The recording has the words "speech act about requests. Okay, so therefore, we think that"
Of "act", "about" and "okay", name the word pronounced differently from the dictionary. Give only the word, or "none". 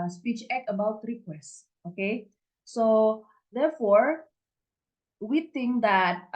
act